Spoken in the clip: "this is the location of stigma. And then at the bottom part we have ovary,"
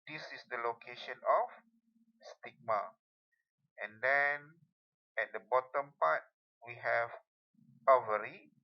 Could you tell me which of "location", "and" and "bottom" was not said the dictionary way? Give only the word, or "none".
none